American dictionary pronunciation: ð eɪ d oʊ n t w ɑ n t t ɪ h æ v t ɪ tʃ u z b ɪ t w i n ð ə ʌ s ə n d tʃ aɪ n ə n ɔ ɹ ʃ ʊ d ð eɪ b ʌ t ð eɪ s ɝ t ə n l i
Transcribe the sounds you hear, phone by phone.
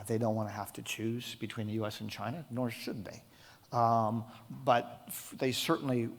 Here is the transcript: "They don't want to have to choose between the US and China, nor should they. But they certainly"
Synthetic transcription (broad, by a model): ð eɪ d oʊ n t w ɑ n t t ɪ h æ f t ɪ tʃ u z b ɪ t w i n ð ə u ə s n tʃ aɪ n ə n ɔ ɹ ʃ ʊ d ð eɪ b ʌ t ð eɪ s ɝ t n l i